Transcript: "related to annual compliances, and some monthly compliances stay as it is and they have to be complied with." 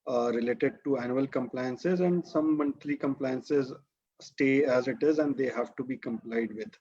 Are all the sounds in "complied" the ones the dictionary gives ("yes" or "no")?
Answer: yes